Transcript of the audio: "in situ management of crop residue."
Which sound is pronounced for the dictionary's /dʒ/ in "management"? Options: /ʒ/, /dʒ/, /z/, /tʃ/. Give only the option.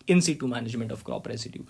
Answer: /ʒ/